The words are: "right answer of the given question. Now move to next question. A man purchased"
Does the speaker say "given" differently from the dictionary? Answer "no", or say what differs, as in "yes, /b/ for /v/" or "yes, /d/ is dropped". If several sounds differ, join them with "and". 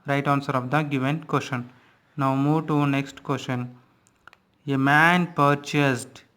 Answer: no